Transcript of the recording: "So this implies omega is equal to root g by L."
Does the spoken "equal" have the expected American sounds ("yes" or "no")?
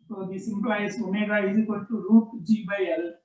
no